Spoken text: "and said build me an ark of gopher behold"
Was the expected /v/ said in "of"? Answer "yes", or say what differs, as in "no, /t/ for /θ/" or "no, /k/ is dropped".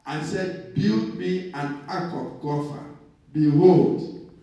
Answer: no, /p/ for /v/